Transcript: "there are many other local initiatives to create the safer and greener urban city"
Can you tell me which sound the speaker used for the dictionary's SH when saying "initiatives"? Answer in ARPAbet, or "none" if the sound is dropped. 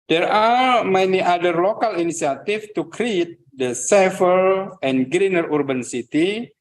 S